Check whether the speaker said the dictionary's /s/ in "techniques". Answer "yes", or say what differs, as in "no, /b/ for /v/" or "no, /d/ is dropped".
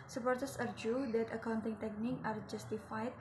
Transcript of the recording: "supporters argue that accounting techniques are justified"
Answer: no, /s/ is dropped